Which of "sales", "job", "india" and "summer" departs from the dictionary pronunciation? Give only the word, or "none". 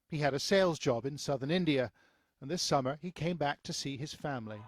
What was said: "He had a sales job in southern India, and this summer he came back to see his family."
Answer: none